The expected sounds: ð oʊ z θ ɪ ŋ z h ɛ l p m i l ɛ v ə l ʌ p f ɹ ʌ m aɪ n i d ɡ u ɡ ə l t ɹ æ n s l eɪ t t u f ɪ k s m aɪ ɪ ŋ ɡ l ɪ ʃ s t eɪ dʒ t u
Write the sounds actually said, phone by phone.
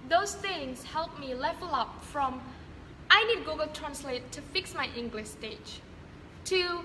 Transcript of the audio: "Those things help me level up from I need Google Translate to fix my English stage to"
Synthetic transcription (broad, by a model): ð oʊ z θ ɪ ŋ s h ɛ l p m i l ɛ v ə l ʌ p f ɹ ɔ m aɪ n i d ɡ u ɡ ə l t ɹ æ n s l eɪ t t u f ɪ k s m aɪ ɪ ŋ ɡ l ɪ ʃ s t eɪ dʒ t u